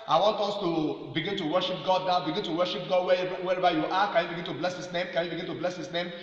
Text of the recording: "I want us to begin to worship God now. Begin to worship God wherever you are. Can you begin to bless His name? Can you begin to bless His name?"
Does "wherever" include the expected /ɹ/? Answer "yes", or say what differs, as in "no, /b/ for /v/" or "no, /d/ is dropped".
no, /w/ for /ɹ/